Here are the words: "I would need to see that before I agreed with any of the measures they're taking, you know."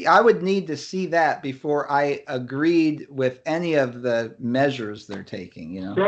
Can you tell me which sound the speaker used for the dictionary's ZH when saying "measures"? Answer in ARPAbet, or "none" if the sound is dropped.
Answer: ZH